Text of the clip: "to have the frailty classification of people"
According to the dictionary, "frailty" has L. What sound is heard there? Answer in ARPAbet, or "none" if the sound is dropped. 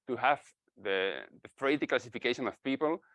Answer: none